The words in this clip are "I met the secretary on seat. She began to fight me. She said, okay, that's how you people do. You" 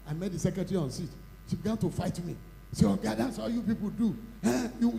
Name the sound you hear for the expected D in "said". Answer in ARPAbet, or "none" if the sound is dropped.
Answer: none